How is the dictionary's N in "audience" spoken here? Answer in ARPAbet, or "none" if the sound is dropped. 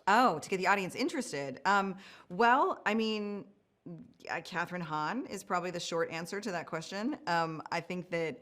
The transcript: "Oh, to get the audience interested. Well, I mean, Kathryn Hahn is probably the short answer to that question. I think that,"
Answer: N